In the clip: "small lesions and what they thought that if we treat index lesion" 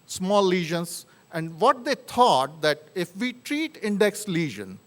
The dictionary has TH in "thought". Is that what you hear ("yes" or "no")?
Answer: no